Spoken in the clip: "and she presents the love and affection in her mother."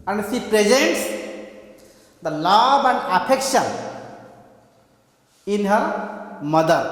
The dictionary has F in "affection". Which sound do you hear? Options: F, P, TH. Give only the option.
P